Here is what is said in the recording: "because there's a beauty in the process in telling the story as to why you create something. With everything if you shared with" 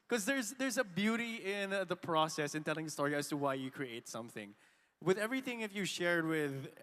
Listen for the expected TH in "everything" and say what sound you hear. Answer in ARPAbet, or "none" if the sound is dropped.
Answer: TH